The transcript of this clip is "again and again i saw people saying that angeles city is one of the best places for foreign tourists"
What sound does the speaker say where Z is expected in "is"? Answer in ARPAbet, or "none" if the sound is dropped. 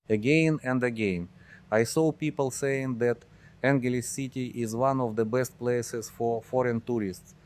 Z